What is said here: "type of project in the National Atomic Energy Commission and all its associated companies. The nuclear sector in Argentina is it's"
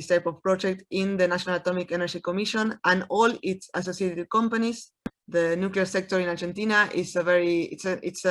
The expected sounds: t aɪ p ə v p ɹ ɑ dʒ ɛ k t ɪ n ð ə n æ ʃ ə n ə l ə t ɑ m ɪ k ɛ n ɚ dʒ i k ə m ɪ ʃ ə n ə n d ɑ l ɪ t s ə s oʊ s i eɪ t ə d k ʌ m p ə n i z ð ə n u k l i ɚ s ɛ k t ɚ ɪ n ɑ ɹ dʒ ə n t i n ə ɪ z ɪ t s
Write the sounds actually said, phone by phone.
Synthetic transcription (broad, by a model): t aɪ p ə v p ɹ ɑ dʒ ɛ k t ɪ n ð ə n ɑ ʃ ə n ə l ə t ɑ m ɪ k ɛ n ɚ dʒ i k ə m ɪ ʃ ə n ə n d ɑ l ɪ t s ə s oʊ s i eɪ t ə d k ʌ m p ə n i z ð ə n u k l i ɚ s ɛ k t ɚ ɪ n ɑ ɹ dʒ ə n t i n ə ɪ s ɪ t s